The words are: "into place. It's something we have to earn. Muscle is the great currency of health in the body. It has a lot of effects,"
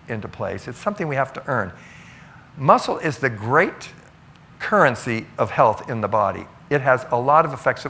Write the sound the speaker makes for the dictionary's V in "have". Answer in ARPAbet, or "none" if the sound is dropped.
F